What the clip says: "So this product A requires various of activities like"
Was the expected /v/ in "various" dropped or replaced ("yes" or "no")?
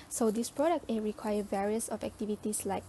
no